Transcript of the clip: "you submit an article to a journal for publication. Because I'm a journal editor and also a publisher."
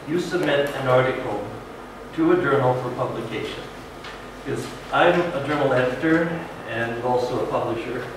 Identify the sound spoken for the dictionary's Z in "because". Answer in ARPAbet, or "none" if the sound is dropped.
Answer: none